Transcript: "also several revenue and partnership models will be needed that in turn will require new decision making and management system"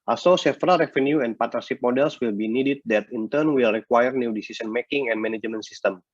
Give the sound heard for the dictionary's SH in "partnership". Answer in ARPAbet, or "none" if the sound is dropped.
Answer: S